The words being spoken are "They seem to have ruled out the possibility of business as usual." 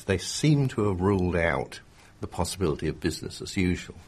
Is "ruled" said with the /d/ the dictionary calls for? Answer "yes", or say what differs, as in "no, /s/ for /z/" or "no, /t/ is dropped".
yes